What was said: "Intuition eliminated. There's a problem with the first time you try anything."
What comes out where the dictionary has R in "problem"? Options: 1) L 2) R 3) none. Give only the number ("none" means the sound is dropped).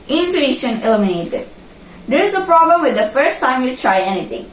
2